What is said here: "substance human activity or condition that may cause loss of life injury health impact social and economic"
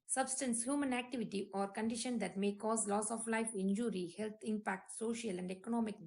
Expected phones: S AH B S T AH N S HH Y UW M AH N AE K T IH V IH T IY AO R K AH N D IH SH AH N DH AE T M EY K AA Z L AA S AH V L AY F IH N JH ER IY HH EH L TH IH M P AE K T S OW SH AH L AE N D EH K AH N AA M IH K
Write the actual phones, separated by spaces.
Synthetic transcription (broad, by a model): S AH B S T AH N S HH Y UW M AH N AE K T IH V IH T IY AO R K AH N D IH SH AH N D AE T M EY K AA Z L AA S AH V L AY F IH N JH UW IY HH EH L T IH M P AE K T S OW SH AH L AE N D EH K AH N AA M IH K